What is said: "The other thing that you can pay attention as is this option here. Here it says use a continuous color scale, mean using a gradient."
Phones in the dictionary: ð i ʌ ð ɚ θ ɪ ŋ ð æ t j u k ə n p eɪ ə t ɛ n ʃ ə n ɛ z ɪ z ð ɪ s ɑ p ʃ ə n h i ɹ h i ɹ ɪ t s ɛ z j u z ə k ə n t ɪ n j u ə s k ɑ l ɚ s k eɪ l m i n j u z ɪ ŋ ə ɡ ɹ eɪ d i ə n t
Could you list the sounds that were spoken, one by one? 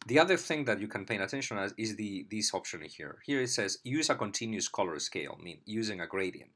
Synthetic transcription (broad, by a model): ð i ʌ ð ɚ θ ɪ ŋ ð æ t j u k ə n p eɪ ə t ɛ n ʃ ə n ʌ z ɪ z ð ɪ s ɑ p ʃ ə n h i ɹ h i ɹ ɪ t s ɛ z j u z ə k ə n t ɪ n j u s k ɑ l ɚ s k eɪ l m i n j u z ɪ ŋ ə ɡ ɹ eɪ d i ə n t